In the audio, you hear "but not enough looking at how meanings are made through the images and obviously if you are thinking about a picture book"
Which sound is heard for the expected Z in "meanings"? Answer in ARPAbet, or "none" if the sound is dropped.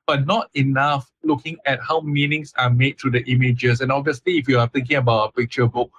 S